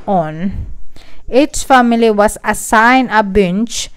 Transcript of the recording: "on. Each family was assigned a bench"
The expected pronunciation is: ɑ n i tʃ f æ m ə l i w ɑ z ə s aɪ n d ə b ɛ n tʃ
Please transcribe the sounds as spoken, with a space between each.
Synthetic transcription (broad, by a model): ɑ n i s f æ m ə l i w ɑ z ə s aɪ n ə b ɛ n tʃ